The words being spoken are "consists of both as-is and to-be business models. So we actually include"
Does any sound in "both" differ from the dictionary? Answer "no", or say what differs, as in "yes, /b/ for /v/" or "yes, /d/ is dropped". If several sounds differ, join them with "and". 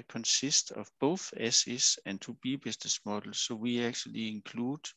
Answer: no